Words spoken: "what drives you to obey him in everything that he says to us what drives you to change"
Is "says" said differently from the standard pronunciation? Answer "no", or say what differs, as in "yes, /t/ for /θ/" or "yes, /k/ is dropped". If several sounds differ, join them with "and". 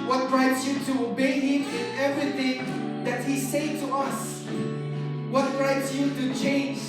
yes, /z/ is dropped